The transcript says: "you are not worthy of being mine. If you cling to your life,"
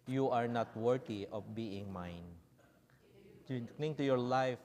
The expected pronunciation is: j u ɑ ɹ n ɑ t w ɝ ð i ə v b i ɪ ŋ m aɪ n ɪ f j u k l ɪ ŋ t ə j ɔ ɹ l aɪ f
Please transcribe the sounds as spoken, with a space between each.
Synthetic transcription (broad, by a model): j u ɑ ɹ n ɑ t w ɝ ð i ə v b i ɪ ŋ m aɪ n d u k n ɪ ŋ t ə j ɔ ɹ l aɪ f